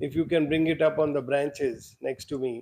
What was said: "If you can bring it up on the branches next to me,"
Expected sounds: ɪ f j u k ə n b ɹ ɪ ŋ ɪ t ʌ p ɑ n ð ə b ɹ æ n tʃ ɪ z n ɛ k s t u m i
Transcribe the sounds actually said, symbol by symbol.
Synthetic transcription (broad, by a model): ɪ f j u k ə n b ɹ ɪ ŋ ɪ t ʌ p ɑ n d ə b ɹ æ n tʃ ɪ z n ɛ k s t u m i